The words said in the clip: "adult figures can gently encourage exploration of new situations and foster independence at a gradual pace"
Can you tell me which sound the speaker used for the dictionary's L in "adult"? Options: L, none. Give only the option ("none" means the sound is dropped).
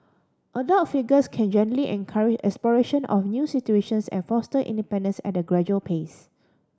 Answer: none